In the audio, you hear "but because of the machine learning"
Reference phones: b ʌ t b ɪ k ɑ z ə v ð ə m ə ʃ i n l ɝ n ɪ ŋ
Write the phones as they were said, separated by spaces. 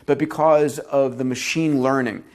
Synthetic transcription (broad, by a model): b ʌ t b ɪ k ɑ z ə v ð ə m ə ʃ i n l ɝ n ɪ ŋ